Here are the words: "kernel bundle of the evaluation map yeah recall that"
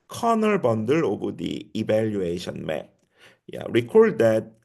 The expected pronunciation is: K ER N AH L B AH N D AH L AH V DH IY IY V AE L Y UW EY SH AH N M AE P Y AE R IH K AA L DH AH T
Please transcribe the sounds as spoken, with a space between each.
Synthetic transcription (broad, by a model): K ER N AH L B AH N D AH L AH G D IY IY B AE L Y UW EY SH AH N M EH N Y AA R IH K AA L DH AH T